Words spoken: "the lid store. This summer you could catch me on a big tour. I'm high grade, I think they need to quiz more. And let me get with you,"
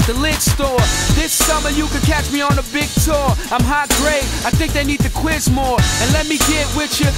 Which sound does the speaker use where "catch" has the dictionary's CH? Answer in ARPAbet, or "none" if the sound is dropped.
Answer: CH